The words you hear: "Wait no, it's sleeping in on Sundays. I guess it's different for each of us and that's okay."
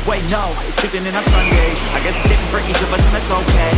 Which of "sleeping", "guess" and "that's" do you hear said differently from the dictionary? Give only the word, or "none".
sleeping